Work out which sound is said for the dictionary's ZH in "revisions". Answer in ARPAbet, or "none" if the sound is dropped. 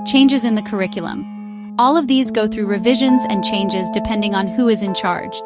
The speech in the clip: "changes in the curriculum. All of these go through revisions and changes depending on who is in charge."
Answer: ZH